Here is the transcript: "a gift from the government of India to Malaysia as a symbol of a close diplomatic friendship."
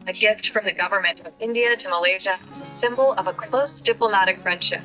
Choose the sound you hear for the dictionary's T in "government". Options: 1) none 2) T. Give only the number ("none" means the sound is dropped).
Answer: 2